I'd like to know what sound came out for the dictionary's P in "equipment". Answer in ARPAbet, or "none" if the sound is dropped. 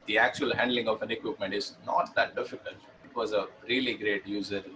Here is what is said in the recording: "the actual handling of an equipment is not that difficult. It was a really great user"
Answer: P